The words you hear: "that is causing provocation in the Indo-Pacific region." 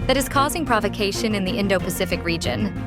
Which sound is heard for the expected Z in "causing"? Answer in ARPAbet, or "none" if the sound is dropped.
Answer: Z